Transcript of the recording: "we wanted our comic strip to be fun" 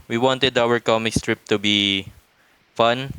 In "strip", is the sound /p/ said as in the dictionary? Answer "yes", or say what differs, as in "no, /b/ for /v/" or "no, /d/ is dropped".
yes